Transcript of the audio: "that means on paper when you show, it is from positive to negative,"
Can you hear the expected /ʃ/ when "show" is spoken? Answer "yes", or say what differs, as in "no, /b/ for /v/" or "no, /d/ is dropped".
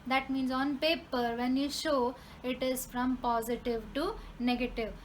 yes